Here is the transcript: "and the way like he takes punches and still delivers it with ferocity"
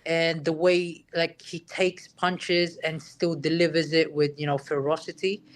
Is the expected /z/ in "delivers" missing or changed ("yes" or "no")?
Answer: no